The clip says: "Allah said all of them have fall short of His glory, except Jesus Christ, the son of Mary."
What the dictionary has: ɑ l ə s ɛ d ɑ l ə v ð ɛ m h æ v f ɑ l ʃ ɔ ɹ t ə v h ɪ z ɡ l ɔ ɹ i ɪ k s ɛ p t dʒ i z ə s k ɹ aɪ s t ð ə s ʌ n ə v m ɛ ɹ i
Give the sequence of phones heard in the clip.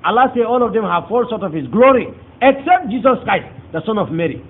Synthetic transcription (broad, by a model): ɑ l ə s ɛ ɑ l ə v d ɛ m h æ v f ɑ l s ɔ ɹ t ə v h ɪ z ɡ l ɔ ɹ i ɪ k s ɛ p t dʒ i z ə s k ɹ aɪ s t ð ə s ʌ n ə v m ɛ ɹ i